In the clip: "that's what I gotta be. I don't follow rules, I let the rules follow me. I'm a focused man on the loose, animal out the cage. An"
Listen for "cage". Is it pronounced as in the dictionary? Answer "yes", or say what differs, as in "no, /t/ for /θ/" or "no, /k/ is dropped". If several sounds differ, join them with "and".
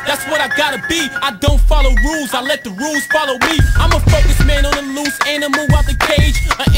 no, /dʒ/ is dropped